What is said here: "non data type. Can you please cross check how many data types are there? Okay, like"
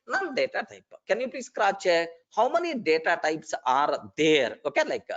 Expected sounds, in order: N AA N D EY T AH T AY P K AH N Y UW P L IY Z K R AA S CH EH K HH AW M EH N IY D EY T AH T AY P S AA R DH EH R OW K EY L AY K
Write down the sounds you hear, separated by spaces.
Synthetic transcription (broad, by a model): N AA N D EY T AH T AY P K AH N Y UW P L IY S K R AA CH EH HH AW M EH N IY D EY T AH T AY P S AA R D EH R OW K EY L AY K